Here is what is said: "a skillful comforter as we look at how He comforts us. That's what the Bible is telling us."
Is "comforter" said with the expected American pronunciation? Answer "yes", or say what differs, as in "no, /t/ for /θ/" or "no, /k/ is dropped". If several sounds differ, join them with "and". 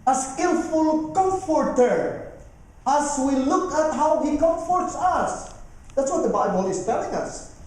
yes